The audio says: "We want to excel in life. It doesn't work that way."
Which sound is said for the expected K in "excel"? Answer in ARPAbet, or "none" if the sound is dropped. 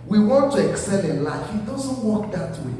K